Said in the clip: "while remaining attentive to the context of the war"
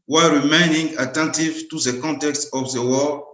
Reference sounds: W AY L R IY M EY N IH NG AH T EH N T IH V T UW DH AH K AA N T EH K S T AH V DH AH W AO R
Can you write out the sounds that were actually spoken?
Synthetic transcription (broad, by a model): W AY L R IY M EY N IH NG AH T EH N T IH V T UW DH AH K AA N T EH K S T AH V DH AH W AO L